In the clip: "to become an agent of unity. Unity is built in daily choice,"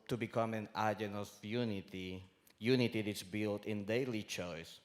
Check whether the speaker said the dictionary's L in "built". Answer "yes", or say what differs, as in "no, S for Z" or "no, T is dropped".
yes